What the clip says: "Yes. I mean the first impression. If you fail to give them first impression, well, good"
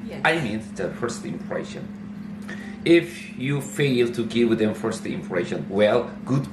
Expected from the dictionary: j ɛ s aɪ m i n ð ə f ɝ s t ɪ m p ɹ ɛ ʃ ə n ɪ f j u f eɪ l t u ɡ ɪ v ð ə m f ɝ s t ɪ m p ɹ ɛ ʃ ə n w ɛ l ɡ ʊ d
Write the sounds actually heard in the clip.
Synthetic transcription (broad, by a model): aɪ m i n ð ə f ɝ s t ɪ m p ɹ ɛ ʃ ə n ɪ f j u f eɪ l t u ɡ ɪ w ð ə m f ɝ s t ɪ m p ɹ ɛ ʃ ə n w ɛ l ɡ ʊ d